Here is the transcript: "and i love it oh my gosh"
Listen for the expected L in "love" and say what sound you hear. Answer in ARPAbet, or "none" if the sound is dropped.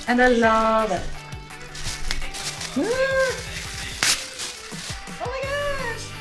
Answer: L